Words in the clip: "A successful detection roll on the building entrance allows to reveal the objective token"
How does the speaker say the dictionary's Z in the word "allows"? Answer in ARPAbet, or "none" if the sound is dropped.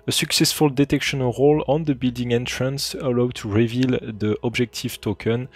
none